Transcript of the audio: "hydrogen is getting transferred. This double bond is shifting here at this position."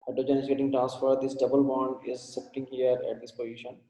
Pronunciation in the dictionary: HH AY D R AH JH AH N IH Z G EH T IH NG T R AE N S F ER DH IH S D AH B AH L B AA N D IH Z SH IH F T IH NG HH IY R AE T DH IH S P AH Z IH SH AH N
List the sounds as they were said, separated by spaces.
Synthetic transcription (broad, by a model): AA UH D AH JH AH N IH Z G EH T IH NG T R AE N S F ER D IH S D AH B AH L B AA N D IH Z S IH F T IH NG HH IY R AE T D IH S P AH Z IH SH AH N